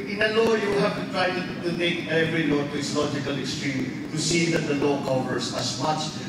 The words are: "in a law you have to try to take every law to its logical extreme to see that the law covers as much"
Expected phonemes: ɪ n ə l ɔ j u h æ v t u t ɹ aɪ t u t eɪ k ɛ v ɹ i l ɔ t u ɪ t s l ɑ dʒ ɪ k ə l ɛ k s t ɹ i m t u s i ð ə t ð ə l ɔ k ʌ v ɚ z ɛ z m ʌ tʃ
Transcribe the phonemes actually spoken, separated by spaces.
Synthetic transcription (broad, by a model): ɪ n ə l ɔ j u h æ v t u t ɹ aɪ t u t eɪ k ɛ v ɹ i l ɔ t u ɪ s l ɑ dʒ ɪ k ə l ɛ k s t ɹ i m t u s i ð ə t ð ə l ɔ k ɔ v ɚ s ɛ s m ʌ tʃ